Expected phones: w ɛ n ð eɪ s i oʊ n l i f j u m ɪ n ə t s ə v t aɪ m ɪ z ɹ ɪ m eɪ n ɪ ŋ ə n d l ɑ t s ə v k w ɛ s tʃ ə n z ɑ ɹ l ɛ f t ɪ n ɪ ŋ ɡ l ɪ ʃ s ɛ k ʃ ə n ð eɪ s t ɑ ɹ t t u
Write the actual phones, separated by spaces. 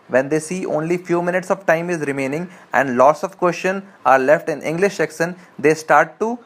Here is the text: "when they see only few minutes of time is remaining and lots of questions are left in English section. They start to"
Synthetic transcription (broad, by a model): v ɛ n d eɪ s i oʊ n l i f j u m ɪ n ə t s ə v t aɪ m ɪ z ɹ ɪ m eɪ n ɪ ŋ ə n d l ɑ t s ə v k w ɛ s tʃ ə n ɑ ɹ l ɛ f t ɪ n ɪ ŋ ɡ l ɪ ʃ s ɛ k s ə n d eɪ s t ɑ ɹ t t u